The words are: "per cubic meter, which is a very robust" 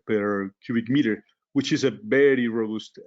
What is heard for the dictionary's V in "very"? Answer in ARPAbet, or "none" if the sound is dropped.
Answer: B